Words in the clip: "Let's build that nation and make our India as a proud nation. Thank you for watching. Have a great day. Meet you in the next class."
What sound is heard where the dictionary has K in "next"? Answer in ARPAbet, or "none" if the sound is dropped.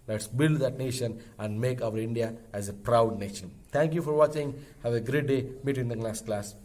none